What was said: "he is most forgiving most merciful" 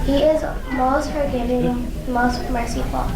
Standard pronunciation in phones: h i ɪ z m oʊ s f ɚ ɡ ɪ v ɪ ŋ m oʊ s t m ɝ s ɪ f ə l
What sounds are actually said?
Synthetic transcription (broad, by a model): h i ɪ z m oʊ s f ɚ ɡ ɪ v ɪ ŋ m oʊ s t m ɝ s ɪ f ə